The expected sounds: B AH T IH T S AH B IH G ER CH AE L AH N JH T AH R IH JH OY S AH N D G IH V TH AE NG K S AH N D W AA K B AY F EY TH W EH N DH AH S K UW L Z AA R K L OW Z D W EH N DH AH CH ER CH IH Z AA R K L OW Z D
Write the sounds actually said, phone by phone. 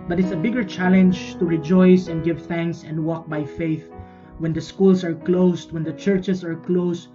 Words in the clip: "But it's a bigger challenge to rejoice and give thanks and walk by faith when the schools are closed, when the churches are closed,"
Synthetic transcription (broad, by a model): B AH T IH T S AH B IH G ER CH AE L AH N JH T AH R IH JH OY S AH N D G IH V TH AE NG K S AH N D W AA K B AY F EY TH W EH N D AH S K UW L S AA R K L OW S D W EH N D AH CH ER CH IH S AA R K L OW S